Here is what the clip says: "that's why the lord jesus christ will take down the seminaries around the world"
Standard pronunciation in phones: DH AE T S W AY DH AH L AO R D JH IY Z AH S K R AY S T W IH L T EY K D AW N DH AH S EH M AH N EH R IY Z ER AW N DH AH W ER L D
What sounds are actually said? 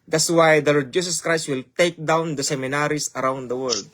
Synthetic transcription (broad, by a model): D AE T S W AY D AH L AO R D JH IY S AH S K R AY S T W IH L T EY K D AW N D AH S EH M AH N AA R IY S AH AW N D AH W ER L D